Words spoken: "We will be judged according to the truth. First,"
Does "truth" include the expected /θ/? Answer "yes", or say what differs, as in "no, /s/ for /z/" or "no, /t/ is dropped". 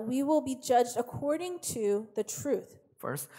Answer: yes